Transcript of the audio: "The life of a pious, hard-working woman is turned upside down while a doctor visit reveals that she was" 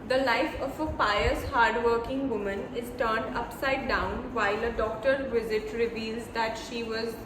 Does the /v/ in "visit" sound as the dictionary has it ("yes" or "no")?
yes